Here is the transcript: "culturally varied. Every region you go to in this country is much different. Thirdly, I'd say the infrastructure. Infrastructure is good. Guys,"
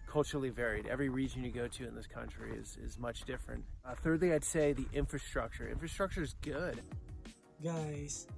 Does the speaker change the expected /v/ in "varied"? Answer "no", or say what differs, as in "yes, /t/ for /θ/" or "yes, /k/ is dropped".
no